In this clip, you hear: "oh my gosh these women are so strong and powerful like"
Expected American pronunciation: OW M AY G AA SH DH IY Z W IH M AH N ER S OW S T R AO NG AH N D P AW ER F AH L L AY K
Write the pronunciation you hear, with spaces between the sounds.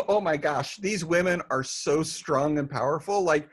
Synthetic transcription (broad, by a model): OW M AY G AA SH DH IY Z W IH M AH N ER S OW S T R AO NG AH N P AW ER F L L AY K